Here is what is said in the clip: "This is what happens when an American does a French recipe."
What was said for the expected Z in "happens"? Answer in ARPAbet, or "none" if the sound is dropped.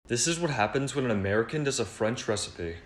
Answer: Z